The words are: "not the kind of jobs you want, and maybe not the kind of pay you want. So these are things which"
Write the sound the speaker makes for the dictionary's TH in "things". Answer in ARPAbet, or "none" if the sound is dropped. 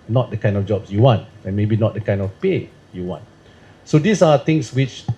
T